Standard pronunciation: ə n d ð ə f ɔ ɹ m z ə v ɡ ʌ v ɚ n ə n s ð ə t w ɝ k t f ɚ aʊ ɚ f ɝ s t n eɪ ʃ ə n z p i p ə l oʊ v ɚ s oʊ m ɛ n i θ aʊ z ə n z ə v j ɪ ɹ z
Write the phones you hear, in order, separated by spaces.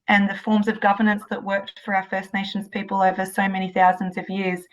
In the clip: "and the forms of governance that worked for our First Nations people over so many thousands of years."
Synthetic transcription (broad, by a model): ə n ð ə f ɔ ɹ m z ə v ɡ ʌ v ɚ n ə n s ð ə t w ɝ k t f ɚ aʊ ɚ f ɝ s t n eɪ ʃ n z p i p ə l oʊ v ɚ s oʊ m ɛ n i θ aʊ z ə n z ə v j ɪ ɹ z